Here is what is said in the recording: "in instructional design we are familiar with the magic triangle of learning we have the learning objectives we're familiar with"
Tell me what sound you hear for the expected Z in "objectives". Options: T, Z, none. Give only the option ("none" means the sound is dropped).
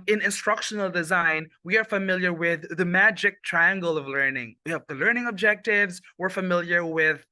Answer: Z